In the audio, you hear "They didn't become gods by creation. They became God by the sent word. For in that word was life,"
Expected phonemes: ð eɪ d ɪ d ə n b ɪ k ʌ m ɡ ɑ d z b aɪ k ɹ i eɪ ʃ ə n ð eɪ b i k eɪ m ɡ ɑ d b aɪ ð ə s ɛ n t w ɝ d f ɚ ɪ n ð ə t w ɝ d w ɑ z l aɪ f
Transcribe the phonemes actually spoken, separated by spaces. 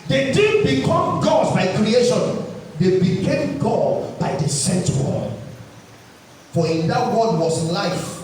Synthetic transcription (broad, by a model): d eɪ d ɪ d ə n b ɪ k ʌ m ɡ ɑ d b aɪ k ɹ i eɪ ʃ ə n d eɪ b i k eɪ m ɡ ɑ d b aɪ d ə s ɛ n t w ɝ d f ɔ ɪ n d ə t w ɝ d w ɑ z l aɪ f